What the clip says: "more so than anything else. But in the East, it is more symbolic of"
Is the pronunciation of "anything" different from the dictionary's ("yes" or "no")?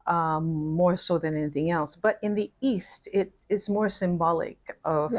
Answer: no